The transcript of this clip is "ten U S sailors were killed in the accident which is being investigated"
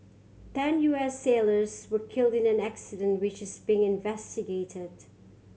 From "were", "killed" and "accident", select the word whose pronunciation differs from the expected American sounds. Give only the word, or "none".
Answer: none